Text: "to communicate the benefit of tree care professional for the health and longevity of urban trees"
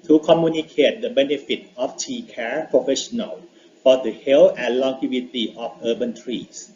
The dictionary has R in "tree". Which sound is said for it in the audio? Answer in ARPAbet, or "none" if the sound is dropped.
none